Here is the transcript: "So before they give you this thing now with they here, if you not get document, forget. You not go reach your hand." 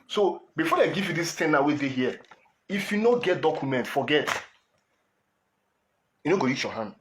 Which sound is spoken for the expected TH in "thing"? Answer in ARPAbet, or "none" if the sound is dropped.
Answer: T